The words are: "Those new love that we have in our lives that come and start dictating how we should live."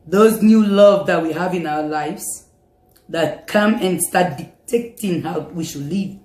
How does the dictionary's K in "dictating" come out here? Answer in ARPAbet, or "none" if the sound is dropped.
none